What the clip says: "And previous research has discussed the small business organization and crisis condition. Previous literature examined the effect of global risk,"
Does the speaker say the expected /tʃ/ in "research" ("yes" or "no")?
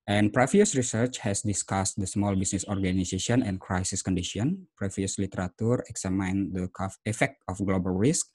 yes